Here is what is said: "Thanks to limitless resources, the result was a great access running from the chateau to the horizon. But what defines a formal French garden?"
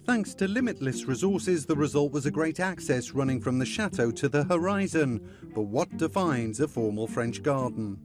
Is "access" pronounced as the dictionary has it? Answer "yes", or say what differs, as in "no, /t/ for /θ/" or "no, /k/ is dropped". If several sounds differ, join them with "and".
yes